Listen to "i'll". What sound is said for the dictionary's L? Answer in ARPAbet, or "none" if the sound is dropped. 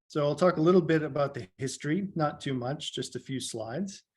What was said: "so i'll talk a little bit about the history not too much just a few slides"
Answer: L